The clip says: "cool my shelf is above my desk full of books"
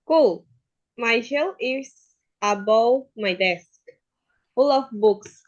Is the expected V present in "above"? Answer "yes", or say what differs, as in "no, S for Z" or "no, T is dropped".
no, W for V